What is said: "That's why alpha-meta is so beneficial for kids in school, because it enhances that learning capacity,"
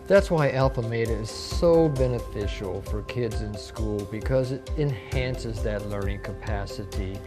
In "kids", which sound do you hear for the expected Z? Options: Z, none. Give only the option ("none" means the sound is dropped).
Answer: Z